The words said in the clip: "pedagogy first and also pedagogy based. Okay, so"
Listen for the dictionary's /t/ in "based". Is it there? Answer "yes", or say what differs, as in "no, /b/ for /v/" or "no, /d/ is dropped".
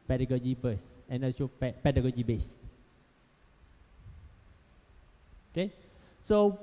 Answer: no, /t/ is dropped